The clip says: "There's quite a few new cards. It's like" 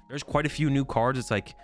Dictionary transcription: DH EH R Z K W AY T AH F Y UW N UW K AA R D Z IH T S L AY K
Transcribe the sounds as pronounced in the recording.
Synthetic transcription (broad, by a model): DH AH R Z K W AY T AH F Y UW N UW K AA R D Z IH T S L AY K